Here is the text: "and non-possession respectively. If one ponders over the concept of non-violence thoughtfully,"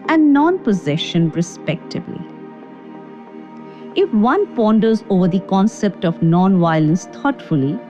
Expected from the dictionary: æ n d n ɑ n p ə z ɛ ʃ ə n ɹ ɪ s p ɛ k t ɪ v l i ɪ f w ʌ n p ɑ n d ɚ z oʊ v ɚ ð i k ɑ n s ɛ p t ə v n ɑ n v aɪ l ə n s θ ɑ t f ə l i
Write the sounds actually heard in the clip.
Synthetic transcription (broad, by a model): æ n n ɑ n p ə z ɛ ʃ ə n ɹ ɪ s p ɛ k t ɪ b l i ɪ f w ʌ n p ɑ n d ɚ z oʊ v ɚ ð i k ɑ n s ɛ p t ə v n ɑ n v aɪ l ə n s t ɑ t f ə l i